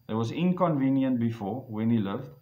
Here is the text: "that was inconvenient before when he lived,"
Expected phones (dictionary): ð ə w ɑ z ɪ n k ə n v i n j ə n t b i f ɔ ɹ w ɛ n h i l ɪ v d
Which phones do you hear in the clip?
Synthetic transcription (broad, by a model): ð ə w ɑ z ɪ n k ə n v i n j ə n t b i f ɔ w ɛ n h i l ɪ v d